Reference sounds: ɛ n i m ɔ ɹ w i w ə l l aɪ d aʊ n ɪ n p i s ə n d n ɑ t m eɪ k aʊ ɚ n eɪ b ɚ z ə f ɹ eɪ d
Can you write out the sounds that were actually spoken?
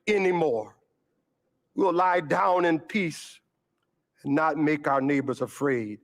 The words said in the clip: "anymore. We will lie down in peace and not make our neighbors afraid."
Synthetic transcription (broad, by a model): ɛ n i m ɔ ɹ w i l l aɪ d aʊ n ɪ n p i s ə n n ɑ t m eɪ k aʊ ɚ n eɪ b ɚ z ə f ɹ eɪ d